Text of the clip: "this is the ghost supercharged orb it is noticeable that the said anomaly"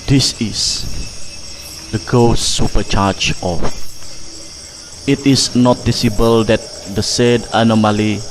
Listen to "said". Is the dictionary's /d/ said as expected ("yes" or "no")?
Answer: yes